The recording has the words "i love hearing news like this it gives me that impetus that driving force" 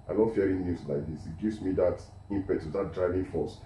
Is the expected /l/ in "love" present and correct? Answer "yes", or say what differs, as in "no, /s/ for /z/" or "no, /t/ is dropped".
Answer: no, /n/ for /l/